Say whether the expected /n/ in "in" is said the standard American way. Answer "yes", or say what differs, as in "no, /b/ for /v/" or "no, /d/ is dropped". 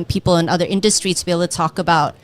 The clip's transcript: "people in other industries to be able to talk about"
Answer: yes